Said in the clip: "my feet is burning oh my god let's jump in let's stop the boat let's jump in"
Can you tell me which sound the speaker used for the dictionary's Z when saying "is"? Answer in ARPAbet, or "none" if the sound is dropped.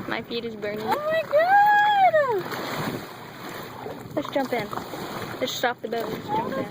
Z